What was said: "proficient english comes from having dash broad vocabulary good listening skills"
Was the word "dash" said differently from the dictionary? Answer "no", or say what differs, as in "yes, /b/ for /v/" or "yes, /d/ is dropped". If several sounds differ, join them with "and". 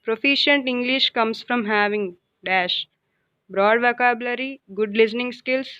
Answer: no